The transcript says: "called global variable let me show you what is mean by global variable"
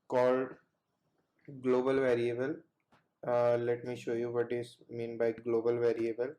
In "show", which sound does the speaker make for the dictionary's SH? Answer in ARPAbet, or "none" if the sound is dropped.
SH